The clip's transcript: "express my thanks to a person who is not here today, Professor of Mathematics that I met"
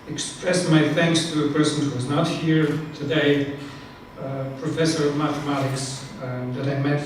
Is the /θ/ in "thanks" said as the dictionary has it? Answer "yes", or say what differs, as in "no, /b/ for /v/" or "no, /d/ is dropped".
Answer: yes